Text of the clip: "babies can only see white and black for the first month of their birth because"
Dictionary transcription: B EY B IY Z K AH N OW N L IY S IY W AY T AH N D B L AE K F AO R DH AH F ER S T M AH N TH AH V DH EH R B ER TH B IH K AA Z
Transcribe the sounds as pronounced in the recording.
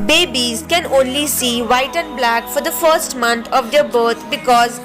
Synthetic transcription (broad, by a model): B EY B IY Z K AH N OW N L IY S IY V AY T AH N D B L AE K F AO R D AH F ER S T M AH N T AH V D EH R B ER T B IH K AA Z